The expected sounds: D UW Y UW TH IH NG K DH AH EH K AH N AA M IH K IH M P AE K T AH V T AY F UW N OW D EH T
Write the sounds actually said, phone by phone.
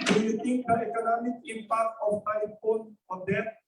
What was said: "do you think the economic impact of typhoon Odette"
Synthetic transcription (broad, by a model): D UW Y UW T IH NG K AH EH K AH N AA M IH K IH M P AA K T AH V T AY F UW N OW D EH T